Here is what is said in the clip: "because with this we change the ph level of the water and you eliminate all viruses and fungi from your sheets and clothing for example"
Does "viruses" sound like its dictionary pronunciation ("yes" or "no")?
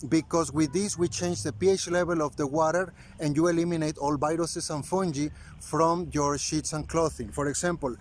no